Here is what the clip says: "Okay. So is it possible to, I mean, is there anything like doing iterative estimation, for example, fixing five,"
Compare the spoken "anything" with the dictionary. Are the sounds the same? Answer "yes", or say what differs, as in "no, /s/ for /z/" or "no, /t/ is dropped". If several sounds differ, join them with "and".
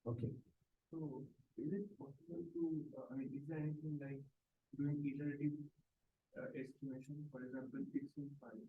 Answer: no, /t/ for /θ/